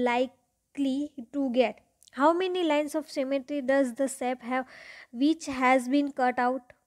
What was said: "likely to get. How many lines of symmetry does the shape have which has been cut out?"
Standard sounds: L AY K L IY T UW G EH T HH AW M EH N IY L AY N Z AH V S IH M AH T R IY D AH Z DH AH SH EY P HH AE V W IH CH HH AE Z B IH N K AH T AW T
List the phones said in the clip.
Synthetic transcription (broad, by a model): L AY K L IY T UW G EH T HH AW M EH N IY L AY N S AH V S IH M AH T R IY D AH Z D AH S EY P HH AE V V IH CH HH AE Z B IH N K AH T AW T